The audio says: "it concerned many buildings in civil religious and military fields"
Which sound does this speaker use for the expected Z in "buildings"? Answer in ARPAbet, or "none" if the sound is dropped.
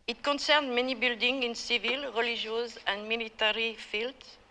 none